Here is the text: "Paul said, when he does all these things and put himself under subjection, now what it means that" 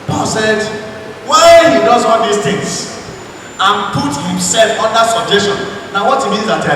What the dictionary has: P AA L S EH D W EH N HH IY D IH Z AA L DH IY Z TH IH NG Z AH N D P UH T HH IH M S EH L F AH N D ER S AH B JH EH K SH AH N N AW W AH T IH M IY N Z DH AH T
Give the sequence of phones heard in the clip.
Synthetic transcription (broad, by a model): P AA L S EH D W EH HH IY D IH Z AA L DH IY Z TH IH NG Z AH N P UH T HH IH M S EH L F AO N D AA S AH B JH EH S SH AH N N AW W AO T IH M IY N Z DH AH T